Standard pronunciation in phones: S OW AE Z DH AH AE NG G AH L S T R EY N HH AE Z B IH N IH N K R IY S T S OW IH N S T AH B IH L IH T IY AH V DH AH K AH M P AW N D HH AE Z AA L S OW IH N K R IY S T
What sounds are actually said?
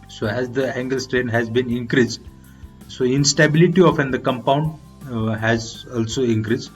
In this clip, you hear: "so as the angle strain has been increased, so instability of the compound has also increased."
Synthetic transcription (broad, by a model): S OW AE Z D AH AE NG G AH L S T R EY N HH AE Z B IH N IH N K R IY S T S OW IH N S T AH B IH L IH T IY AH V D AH K AH M P AW N D HH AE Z AA L S OW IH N K R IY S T